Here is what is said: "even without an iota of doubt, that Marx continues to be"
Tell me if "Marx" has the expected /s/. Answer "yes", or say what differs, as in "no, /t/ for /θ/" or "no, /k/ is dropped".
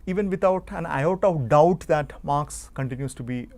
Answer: yes